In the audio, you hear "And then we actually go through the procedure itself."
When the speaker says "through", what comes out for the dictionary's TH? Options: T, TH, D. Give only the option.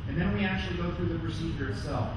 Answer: TH